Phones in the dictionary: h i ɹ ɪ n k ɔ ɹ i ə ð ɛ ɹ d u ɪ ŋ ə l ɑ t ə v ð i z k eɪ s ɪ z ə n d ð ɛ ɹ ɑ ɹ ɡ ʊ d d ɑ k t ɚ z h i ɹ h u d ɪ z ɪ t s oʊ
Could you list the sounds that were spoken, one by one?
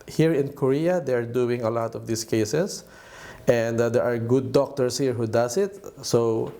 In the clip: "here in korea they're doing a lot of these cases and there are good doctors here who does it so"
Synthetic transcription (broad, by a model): h i ɹ ɪ n k ɔ ɹ i ə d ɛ ɹ d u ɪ ŋ ə l ɑ t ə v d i s k eɪ s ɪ s ə n d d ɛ ɹ ɑ ɹ ɡ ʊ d d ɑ k t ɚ s h i ɹ h u d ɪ s ɪ t s oʊ